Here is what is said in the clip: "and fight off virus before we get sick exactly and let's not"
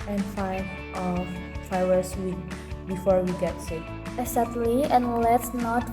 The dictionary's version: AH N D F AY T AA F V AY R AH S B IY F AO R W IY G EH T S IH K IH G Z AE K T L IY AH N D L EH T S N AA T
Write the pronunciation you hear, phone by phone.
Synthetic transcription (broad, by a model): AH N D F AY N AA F F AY W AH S B IY F AO R W IY G EH T S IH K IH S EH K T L IY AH N L EH T S N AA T